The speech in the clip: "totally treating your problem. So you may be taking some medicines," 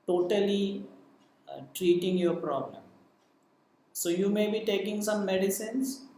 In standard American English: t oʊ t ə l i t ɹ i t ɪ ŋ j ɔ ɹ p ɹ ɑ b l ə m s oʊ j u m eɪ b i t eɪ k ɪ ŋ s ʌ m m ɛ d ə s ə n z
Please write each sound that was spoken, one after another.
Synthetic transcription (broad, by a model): t oʊ t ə l i t ɹ i t ɪ ŋ j ɔ ɹ p ɹ ɑ b l ə m s oʊ j u m eɪ b i t eɪ k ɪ ŋ s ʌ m m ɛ d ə s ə n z